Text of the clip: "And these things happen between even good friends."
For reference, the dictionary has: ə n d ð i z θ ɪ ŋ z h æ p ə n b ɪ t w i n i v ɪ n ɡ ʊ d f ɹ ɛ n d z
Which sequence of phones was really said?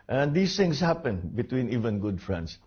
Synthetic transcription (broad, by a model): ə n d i s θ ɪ ŋ s h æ p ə n b ɪ t w i n i v ɪ n ɡ ʊ d f ɹ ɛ n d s